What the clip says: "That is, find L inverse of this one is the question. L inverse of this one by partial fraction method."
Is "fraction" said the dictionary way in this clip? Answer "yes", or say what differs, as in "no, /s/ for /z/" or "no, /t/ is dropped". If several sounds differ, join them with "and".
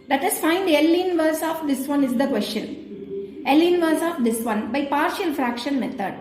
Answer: yes